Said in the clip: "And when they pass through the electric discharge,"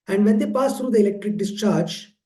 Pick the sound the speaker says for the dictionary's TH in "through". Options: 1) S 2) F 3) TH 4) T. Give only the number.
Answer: 4